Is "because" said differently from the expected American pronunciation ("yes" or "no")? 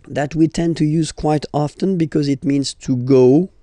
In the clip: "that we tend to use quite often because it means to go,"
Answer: no